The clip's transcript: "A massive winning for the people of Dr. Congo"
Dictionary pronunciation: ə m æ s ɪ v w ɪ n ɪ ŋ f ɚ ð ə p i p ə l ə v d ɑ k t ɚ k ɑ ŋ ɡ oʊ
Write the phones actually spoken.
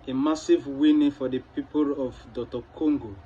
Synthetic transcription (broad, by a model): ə m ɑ s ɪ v w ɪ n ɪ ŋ f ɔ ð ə p i p ə l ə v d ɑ t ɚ k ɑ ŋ ɡ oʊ